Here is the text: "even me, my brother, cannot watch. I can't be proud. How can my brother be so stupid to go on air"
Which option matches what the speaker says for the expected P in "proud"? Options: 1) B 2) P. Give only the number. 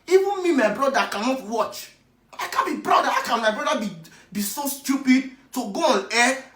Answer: 1